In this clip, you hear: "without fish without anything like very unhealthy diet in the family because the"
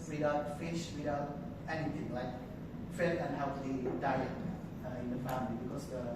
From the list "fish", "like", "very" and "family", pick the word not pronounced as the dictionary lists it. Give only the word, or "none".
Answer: very